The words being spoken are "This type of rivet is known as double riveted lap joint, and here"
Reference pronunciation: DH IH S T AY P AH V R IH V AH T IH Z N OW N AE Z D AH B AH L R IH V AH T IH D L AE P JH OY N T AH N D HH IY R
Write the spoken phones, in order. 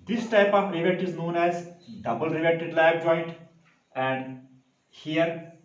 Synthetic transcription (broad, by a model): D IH S T AY P AH V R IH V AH T IH Z N OW N AE Z D AH B AH L R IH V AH T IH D L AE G JH OY N T AH N D HH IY R